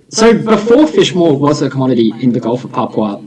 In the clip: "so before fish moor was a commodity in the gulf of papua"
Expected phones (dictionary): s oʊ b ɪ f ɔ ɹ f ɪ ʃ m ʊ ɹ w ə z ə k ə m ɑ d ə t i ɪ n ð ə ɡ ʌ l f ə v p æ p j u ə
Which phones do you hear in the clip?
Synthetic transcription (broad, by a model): s oʊ b ɪ f ɔ ɹ f ɪ ʃ m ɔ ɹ w ə z ə k ə m ɑ d ə t i ɪ n ð ə ɡ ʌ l f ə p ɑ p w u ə